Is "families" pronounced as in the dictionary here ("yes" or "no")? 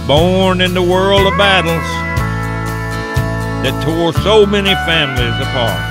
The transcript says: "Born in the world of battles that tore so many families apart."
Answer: yes